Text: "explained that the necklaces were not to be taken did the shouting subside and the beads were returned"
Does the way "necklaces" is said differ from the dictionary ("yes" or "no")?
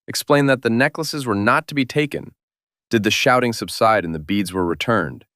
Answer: no